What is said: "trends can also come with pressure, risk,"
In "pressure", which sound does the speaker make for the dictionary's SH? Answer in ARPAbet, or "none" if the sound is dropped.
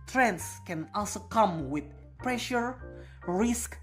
SH